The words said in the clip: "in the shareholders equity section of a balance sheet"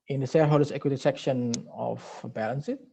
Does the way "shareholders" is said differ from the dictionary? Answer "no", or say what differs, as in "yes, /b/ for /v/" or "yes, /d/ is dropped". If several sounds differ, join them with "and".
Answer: yes, /s/ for /ʃ/